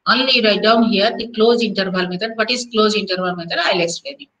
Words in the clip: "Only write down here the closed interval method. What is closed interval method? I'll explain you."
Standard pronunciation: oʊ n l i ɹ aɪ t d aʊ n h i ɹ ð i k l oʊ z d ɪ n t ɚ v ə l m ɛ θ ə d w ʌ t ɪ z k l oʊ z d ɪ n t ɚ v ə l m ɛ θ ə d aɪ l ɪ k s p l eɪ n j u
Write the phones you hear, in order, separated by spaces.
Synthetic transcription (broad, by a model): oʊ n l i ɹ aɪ d aʊ n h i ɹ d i k l oʊ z ɪ n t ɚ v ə l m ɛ t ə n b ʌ t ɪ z k l oʊ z ɪ n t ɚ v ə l m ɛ t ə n aɪ l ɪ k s l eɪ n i